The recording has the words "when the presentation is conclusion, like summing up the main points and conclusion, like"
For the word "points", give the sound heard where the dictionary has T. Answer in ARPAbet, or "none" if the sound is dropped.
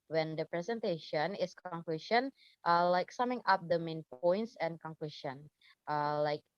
T